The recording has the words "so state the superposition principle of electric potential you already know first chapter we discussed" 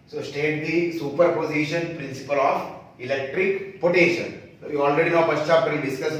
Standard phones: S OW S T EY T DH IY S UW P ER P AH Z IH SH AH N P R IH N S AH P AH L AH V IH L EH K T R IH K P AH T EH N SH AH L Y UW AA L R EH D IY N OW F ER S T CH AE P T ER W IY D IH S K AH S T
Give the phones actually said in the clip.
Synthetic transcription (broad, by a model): S OW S T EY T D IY S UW P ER P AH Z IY SH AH N P R IH N S AH P AH L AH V IH L EH K T R IH K P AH T EH SH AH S Y UW AA L R EH D IY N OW P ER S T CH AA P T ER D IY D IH S K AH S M